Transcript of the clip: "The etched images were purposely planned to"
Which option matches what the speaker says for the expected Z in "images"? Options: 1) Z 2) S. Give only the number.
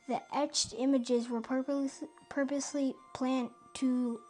1